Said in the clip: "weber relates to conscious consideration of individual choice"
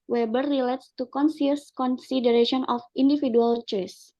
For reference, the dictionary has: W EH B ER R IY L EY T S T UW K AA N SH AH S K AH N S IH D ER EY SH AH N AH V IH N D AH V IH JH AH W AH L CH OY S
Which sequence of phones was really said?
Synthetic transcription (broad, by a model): W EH B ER R IY L EY T S T UW K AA N S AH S K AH N S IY D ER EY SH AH N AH F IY N D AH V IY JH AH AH L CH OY S